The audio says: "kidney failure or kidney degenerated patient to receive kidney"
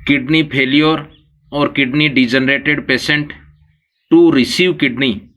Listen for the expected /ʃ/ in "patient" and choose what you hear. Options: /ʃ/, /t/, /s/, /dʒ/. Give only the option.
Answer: /s/